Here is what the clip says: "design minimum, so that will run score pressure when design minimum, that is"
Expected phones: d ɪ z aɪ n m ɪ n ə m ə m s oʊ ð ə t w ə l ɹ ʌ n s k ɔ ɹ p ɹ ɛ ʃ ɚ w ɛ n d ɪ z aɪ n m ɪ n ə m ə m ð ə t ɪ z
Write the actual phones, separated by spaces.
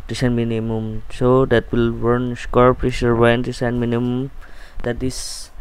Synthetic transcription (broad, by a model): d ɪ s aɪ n m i n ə m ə m s oʊ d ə t w ə l w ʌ n s k ɔ ɹ p ɹ ɛ ʃ ɚ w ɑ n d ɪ s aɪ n m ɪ n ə m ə m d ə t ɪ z